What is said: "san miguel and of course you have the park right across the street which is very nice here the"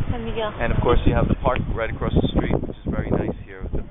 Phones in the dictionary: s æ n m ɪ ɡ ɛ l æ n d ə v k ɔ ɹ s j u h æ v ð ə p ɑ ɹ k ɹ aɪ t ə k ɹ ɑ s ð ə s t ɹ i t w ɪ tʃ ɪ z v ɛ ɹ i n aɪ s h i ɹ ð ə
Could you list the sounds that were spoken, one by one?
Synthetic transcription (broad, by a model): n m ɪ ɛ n ə v k ɔ ɹ s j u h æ v ð ə p ɑ ɹ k ɹ aɪ t ə k ɹ ɑ s ð ə s t ɹ i t w ɪ tʃ ɪ z v ɛ ɹ i n aɪ s h i ɹ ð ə